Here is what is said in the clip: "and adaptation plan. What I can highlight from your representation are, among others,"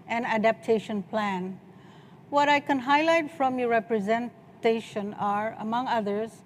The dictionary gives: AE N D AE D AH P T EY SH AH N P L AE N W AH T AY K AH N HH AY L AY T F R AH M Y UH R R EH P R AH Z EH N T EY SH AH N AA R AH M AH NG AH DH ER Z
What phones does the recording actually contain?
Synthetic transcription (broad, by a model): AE N AE D AH P T EY SH AH N P L AE N W AH T AY K AH N HH AY L AY T F R AH M Y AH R R EH P R AH Z EH N T EY SH AH N AA R AH M AH NG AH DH ER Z